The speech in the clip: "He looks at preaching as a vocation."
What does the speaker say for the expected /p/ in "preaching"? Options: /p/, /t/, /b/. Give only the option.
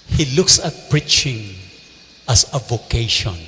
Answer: /p/